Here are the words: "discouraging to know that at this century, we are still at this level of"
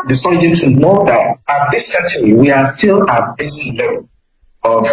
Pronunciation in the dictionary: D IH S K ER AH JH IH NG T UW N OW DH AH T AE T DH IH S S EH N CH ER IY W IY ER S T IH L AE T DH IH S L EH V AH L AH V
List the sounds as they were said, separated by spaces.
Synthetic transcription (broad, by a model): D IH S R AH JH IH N T UW N OW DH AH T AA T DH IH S S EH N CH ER IY W IY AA S T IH L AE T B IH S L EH AH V